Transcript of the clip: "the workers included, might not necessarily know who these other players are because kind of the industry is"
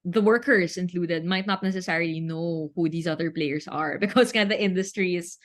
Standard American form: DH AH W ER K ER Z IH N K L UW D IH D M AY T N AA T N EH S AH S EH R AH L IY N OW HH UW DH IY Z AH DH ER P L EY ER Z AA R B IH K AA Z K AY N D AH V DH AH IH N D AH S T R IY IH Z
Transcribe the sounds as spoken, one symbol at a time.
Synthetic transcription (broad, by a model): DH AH W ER K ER S IH N K L UW D IH D M AY T N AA T N EH S AH S EH R AH L IY N OW HH UW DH IY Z AH DH ER P L EY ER S AA R B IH K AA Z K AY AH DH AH IH N D AH S T R IY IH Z